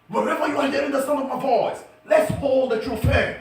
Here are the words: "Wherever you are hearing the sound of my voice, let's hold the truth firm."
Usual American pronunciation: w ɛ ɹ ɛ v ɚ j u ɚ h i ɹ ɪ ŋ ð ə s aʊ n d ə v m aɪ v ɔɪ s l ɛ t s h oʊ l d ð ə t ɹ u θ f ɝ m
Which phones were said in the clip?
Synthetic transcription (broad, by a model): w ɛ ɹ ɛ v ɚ j u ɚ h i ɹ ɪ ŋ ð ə s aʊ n ə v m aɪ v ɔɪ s l ɛ t s h oʊ l d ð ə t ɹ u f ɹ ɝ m